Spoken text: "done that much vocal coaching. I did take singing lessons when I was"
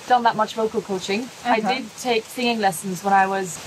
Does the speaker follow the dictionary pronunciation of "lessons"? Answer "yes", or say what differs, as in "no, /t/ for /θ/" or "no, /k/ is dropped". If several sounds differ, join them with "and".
yes